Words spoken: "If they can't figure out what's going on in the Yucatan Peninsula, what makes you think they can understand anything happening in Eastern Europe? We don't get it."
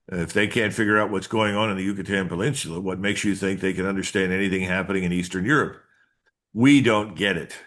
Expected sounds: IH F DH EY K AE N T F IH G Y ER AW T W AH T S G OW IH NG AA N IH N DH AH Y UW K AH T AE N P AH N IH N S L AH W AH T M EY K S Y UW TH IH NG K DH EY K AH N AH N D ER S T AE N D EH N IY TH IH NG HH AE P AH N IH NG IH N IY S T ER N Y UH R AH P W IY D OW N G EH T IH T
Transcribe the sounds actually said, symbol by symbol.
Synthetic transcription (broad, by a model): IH F DH EY K AE N T F IH G Y ER AW T W AH T S G OW IH NG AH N IH N DH AH Y UW K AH T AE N P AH L IH N S L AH W AH T M EY K S Y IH TH IH NG K DH EY K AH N AH N D ER S T AE N D EH N IY TH IH NG HH AE P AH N IH NG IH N IY S T ER N Y UH R AH P W IY D OW N G EH T IH T